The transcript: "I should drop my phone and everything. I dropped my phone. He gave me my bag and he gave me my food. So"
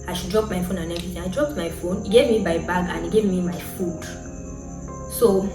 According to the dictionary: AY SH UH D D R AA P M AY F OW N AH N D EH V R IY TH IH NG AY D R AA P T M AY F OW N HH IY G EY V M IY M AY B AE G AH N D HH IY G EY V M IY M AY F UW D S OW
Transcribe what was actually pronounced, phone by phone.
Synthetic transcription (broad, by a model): AY SH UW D D R AA P M AY F OW N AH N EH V IY S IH AY D R AA P T M AY F OW N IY G EY V M IY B AY B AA G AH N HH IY G EY V M IY M AY F UW D S OW